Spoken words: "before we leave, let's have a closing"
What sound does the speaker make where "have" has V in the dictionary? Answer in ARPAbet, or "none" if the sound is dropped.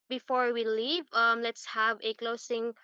V